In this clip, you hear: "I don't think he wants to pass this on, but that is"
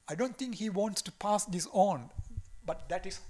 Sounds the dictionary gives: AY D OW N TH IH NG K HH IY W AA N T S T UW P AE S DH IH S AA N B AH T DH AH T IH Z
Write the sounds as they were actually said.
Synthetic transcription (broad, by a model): AY D OW N T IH NG K HH IY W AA N T S T UW P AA S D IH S AA N B AH T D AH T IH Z